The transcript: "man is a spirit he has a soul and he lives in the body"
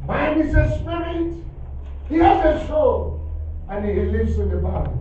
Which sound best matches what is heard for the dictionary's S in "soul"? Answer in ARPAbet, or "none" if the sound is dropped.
SH